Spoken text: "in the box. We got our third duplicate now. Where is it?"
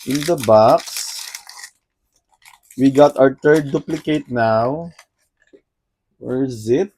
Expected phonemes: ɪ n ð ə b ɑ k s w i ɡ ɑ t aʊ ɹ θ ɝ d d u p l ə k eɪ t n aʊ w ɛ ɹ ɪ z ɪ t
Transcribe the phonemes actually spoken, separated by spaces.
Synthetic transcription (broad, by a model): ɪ n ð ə b ɑ k s w i ɡ ɑ t aʊ ɹ t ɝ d d u p l ə k eɪ t n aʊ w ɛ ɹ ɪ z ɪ t